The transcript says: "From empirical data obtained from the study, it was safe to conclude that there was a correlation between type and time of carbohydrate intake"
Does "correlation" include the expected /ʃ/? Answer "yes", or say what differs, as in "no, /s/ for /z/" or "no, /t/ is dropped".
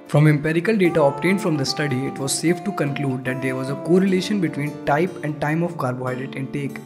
yes